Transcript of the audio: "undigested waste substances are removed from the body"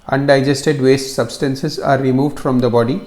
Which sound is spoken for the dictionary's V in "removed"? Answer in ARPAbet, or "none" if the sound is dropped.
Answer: V